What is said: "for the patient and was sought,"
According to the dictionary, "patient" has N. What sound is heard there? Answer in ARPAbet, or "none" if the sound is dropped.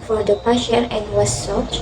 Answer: none